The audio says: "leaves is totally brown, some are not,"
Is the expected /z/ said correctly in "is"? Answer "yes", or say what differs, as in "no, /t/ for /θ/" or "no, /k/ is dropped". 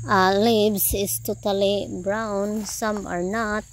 no, /s/ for /z/